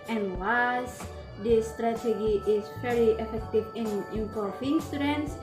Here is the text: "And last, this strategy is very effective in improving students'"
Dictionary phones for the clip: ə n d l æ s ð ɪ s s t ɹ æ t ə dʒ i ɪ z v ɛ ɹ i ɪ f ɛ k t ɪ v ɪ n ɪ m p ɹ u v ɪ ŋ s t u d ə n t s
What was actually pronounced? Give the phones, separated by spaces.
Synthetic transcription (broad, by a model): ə n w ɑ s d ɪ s s t ɹ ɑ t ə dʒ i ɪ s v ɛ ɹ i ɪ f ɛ k t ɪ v ɪ n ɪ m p ɔ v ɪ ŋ s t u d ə n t s